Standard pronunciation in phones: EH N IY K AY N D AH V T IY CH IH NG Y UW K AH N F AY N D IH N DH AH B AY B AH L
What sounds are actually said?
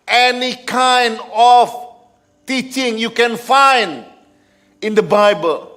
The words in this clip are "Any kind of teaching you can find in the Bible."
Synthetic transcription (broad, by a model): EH N IY K AY N D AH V T IY CH IH NG Y UW K AH N F AY N D IH N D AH B AY B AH L